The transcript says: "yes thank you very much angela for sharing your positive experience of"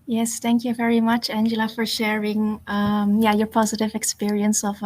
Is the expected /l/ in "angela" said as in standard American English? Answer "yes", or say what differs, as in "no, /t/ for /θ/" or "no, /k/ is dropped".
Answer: yes